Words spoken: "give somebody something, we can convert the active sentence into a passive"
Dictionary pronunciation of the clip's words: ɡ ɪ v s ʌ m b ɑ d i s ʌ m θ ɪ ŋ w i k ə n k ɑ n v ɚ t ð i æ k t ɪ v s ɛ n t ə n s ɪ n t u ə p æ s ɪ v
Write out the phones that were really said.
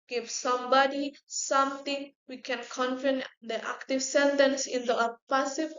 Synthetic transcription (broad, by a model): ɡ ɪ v s ʌ m b ɑ d i s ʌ m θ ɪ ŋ w i k ə n k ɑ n f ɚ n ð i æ k t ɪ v s ɛ n t ə n s ɪ n t u ə p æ s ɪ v